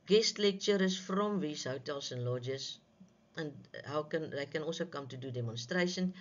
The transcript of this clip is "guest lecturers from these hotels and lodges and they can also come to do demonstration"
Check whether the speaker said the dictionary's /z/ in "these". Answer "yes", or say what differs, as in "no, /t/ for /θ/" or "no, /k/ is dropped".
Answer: no, /s/ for /z/